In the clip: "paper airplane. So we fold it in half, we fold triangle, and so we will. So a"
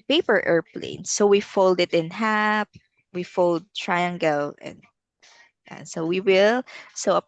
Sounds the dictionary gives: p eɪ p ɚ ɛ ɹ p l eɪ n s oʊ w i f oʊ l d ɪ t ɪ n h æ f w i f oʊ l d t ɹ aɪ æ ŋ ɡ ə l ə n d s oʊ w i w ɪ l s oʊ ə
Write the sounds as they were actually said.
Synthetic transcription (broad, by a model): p eɪ p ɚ ɛ ɹ p l eɪ n s oʊ w i f oʊ l d ɪ t ɪ n h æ p w i f oʊ l d t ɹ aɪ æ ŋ ɡ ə l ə n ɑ s oʊ w i w ɪ l s oʊ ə